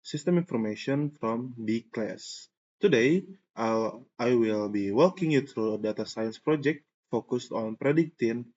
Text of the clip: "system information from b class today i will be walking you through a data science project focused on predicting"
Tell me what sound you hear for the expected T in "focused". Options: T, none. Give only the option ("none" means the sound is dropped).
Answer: T